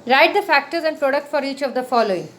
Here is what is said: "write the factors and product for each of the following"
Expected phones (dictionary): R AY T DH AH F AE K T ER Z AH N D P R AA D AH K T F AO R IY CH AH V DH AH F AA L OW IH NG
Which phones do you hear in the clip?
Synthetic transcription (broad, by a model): R AY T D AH F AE K T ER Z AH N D P R AA D AH K T F AO R IY CH AH V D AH F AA L OW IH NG